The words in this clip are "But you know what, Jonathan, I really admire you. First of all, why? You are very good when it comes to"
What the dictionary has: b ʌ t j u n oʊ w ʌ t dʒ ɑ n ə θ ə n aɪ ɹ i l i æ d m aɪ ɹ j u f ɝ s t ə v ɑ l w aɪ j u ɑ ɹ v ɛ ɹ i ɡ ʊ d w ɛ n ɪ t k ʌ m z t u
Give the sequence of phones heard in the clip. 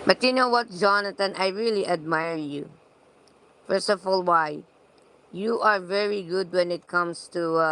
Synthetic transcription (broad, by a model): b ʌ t j u n oʊ w ʌ t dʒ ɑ n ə t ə n aɪ ɹ i l i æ d m aɪ ɹ j u f ɝ s t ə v ɑ l w aɪ j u ɑ ɹ v ɛ ɹ i ɡ ʊ d w ɛ n ɪ t k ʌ m s t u